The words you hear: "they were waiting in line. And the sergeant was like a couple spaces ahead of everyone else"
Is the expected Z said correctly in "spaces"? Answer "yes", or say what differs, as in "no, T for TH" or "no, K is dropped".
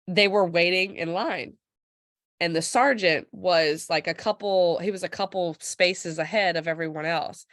yes